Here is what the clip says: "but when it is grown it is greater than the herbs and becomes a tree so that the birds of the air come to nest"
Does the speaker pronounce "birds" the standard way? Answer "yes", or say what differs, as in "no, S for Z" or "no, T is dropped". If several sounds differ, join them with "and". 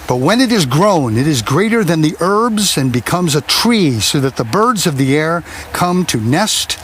yes